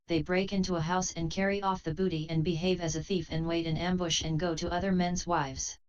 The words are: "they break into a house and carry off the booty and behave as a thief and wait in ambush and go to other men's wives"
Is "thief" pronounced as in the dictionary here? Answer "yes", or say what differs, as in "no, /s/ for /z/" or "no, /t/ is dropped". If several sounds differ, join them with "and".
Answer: yes